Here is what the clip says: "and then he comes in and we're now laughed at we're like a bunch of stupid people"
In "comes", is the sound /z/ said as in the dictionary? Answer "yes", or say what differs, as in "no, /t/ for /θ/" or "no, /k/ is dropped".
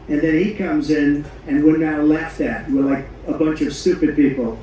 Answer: yes